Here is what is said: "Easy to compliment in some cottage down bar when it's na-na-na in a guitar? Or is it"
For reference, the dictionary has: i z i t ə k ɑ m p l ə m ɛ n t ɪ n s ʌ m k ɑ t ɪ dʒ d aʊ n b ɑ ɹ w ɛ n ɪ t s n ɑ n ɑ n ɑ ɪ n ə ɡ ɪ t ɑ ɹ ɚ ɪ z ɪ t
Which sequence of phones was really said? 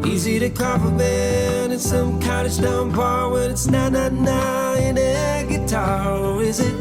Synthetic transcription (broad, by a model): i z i t ə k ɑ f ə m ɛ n ɪ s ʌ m k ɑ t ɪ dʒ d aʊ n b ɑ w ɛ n ɪ t s n ɑ n ɑ n ɑ ɪ n ə ɡ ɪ t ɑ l ɪ z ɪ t